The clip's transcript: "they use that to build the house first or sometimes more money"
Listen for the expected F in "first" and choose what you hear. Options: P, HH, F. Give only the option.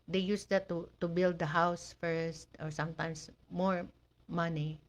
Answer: F